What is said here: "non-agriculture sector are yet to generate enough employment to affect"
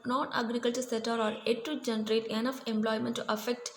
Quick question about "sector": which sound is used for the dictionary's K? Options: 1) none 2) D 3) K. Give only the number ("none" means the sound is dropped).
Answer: 1